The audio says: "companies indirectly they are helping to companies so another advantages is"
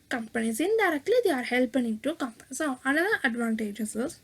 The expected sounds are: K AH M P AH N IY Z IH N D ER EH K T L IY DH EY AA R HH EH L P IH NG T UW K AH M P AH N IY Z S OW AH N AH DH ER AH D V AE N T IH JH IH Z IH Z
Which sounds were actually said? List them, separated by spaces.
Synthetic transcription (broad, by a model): K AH M P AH N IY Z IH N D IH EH K T L IY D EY AA R HH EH L P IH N T UW K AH M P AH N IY S OW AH N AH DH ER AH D V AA N T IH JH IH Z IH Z